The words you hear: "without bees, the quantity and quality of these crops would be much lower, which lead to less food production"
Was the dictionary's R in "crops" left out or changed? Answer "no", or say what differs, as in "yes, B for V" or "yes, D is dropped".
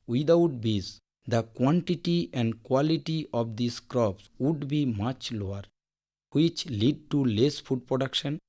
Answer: no